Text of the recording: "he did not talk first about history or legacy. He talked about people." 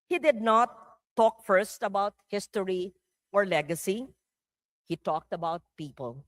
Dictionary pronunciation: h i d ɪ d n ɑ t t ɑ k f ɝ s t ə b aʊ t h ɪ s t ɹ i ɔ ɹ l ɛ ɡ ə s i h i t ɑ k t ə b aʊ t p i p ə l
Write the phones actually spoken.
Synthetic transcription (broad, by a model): h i d ɪ d n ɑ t t ɑ k f ɝ s t ə b aʊ t h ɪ s t ɹ i ɔ ɹ l ɛ ɡ ə s i h i t ɑ k t ə b aʊ t p i p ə l